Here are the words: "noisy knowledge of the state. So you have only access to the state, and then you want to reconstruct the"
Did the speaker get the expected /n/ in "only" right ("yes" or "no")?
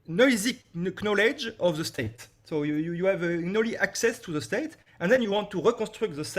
no